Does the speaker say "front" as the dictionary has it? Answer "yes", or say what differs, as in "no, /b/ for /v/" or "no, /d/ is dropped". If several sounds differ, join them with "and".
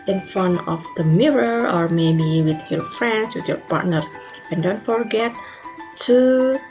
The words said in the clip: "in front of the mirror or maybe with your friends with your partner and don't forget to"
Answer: no, /t/ is dropped